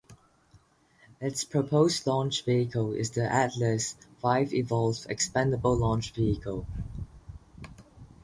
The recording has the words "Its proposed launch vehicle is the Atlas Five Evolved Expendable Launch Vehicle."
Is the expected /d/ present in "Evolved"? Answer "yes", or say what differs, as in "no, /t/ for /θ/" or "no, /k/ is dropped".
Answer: no, /d/ is dropped